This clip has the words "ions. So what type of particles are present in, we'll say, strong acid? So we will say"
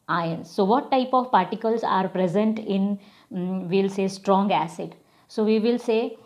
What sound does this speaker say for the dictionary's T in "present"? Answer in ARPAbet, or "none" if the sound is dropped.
T